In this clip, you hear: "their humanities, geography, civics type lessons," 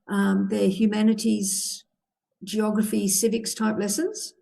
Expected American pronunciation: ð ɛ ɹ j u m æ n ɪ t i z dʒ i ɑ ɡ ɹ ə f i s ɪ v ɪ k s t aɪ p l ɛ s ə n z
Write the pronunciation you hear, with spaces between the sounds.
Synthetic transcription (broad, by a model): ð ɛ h j u m æ n ɪ t i z dʒ i ɑ ɡ ɹ ə f i s ɪ v ɪ k s t aɪ p l ɛ s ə n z